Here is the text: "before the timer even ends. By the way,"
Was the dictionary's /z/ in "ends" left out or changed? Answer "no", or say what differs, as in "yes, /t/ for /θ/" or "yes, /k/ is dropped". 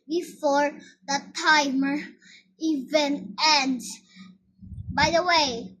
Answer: yes, /z/ is dropped